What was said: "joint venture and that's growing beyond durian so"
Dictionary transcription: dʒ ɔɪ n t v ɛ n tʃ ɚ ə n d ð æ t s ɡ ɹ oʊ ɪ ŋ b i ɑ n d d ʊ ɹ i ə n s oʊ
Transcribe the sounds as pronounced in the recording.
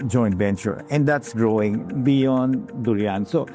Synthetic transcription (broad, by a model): dʒ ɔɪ n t b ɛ n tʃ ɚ ə n d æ t s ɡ ɹ oʊ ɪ ŋ b i ɑ n d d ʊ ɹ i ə n s oʊ